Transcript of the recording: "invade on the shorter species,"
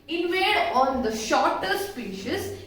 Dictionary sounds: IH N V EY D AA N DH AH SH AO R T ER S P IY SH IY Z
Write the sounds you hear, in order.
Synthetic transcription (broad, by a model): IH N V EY D AA N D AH SH AO R T ER S P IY SH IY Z